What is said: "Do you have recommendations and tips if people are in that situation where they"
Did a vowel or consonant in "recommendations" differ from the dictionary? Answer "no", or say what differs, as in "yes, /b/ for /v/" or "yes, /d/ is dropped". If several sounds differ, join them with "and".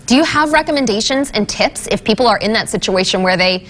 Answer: no